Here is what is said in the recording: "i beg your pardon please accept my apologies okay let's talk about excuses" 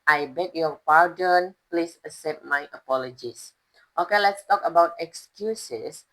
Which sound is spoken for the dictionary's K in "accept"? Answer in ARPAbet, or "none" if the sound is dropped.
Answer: none